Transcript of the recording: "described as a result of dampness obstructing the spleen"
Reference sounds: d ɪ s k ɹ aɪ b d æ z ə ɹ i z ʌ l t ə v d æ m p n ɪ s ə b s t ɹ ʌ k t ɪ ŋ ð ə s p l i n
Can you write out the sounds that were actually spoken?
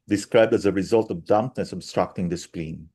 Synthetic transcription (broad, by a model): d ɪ s k ɹ aɪ b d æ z ə ɹ i z ʌ l t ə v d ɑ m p n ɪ s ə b s t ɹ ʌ k t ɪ ŋ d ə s p l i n